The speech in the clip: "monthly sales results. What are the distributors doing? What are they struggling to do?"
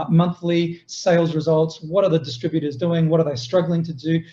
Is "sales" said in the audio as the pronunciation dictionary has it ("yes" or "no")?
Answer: yes